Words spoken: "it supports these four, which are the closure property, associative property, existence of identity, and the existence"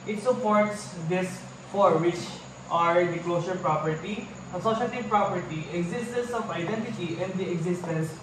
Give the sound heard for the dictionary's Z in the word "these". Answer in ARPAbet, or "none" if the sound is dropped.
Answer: S